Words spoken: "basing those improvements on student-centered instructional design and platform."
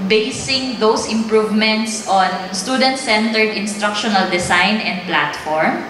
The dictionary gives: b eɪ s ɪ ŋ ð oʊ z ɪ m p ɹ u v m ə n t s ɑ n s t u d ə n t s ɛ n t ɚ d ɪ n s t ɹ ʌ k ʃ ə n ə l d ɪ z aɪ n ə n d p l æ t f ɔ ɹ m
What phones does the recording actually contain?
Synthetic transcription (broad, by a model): b eɪ s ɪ ŋ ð oʊ s ɪ m p ɹ u v m ə n t s ɑ n s t u d ə n t s ɛ n t ɚ d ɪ n s t ɹ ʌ k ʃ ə n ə l d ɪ s aɪ n ə n d p l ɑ t f ɔ ɹ m